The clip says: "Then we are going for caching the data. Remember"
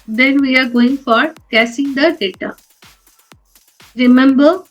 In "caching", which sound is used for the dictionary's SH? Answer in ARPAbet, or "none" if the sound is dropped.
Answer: S